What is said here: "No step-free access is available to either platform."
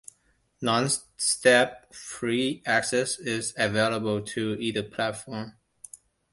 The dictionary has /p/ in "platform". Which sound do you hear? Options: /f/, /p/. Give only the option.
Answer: /p/